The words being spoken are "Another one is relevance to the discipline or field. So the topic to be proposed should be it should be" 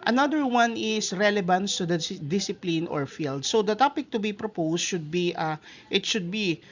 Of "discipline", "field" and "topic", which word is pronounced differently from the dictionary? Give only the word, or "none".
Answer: none